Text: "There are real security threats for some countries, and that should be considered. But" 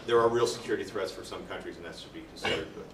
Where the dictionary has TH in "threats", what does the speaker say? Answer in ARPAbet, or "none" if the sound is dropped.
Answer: TH